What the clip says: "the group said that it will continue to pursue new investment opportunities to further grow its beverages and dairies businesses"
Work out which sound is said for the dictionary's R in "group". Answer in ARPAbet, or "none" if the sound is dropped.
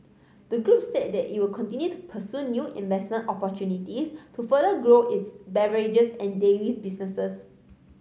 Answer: R